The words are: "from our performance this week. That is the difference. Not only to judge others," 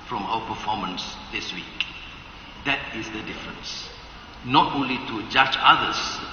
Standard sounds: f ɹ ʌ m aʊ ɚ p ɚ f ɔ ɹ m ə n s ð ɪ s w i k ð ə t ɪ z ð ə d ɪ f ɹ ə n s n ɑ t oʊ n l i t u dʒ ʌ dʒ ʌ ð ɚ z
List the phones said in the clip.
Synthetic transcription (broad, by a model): f ɹ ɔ m aʊ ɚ p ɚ f ɔ m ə n s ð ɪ s w i k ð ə t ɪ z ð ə d ɪ f ɹ ə n s n ɑ t oʊ n l i t u dʒ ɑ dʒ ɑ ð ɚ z